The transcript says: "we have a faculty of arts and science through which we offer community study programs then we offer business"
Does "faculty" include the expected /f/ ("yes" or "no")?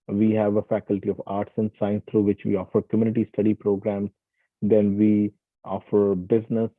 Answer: yes